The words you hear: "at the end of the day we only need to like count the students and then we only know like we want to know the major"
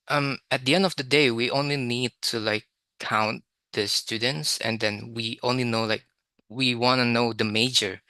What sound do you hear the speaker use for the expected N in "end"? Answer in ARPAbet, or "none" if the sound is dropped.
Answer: N